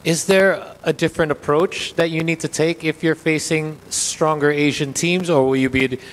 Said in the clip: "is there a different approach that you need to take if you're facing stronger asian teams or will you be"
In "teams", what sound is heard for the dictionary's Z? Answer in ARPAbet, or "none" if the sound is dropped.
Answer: Z